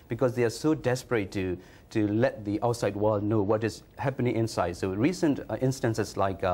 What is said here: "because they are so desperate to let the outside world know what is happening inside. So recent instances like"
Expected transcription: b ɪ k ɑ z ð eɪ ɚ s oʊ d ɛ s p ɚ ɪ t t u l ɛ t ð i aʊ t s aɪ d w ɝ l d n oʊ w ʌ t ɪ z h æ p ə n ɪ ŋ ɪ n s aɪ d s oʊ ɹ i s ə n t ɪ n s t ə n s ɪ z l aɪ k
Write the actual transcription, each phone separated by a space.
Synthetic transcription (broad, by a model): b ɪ k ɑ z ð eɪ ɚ s oʊ d ɛ s p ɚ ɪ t t u l ɛ t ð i aʊ t s aɪ d w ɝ l d n oʊ w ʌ t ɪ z h æ p ə n ɪ ŋ ɪ n s aɪ d s oʊ ɹ i s ə n t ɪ n s t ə n s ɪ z l aɪ k